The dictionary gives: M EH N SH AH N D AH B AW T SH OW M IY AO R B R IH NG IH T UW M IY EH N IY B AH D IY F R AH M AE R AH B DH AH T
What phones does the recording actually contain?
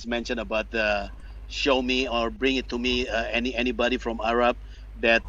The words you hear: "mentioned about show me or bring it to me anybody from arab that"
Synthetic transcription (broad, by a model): M EH N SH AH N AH B AW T SH OW M IY AO R B R IH NG IH T UW M IY EH N IY B AH D IY F R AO M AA R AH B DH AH T